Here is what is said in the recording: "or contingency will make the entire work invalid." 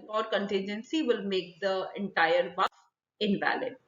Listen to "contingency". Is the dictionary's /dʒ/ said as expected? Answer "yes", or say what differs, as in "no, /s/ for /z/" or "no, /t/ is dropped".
yes